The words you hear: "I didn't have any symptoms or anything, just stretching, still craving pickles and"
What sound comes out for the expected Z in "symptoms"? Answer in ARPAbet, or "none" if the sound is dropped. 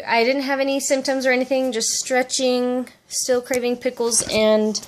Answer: Z